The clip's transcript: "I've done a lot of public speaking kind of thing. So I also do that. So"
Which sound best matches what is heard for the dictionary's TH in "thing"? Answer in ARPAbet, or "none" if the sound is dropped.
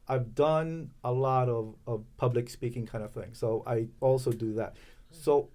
TH